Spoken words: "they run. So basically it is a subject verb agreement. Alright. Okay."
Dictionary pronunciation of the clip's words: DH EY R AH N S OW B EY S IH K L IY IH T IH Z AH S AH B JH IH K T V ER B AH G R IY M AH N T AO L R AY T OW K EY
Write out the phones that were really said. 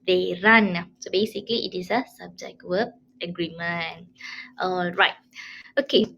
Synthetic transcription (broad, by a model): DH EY R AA N S OW B EY S IH K L IY IH T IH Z AH S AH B JH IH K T W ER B AH G R IY M AH N T AO L R AY T OW K EY